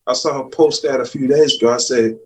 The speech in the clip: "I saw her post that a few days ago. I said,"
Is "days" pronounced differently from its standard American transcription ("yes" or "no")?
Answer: no